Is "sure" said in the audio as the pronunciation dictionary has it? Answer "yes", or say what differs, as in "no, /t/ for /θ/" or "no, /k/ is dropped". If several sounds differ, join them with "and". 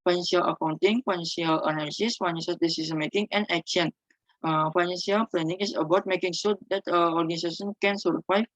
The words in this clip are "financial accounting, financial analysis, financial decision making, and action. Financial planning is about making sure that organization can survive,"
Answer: no, /s/ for /ʃ/